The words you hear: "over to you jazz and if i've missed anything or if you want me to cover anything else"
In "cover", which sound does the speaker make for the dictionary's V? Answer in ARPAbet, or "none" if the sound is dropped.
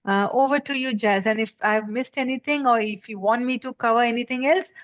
V